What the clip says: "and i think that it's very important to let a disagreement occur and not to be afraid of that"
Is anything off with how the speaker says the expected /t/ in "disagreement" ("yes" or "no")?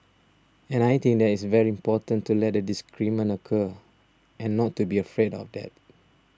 yes